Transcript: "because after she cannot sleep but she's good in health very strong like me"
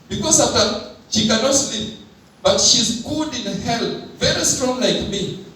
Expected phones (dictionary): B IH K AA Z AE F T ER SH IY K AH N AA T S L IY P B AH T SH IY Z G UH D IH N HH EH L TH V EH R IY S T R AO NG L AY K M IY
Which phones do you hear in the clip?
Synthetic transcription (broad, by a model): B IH K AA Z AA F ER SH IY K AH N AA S L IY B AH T SH IY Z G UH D IH N HH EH L V EH R IY S T R AO NG L AY K M IY